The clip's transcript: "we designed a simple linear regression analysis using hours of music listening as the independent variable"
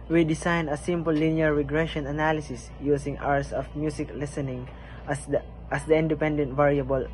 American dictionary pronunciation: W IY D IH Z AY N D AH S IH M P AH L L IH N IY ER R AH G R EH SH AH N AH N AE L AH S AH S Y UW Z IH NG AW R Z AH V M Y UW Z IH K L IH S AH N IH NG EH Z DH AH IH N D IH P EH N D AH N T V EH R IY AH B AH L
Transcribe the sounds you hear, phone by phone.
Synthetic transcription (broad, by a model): W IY D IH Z AY N AH S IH M P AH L L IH N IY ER R AH G R EH SH AH N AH N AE L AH S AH S Y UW S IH NG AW R S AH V M Y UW S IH K L IH S AH N IH NG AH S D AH IH N D IH P EH N D AH N T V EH R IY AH B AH L